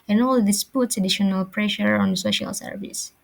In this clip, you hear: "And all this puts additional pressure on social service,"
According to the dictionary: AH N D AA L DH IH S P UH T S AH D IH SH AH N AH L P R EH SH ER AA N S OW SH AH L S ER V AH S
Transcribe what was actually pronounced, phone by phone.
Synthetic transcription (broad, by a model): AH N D AA L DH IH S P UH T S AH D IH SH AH N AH L P R EH SH ER AA N S OW SH AH L S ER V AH S